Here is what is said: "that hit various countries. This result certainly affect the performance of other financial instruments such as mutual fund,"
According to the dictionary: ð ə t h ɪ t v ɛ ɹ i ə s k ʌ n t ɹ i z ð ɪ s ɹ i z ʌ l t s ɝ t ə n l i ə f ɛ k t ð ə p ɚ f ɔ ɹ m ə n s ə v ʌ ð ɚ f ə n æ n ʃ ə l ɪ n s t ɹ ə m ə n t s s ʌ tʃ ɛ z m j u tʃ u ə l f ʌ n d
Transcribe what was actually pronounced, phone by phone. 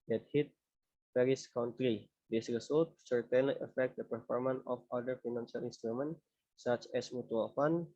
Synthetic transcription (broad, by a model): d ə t h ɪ t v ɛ ɹ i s k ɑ n t ɹ i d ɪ s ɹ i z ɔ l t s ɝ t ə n l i ə f ɛ k t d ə p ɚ f ɔ ɹ m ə n ə f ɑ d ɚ f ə n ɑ n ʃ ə l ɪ n s t ɹ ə m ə n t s s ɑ tʃ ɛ s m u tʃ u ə l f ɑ n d